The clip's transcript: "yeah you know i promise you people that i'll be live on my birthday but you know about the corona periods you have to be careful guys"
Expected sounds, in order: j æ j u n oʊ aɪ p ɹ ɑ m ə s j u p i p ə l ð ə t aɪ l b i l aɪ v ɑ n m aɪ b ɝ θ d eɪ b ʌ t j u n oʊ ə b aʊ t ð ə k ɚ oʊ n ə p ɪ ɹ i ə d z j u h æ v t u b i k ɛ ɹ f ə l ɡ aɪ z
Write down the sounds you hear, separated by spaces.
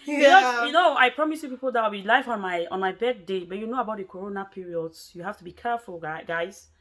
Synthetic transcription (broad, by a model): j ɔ j u n oʊ aɪ p ɹ ɑ m ə s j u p i p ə l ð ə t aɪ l b i l aɪ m ɑ n m aɪ b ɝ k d eɪ b ʌ t j u n oʊ ə b aʊ t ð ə k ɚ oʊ n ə p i ɹ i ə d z j u h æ f t u b i k ɛ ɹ f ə l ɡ aɪ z